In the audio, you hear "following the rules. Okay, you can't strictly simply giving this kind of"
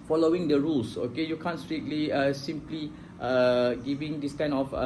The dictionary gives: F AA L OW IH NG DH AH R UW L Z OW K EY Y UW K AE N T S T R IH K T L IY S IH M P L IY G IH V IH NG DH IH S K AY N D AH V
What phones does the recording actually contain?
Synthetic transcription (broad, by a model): F AA L OW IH NG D AH R UW L S OW K EY Y UW K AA N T S T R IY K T L IY S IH M P L IY G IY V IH NG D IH S K AY N AH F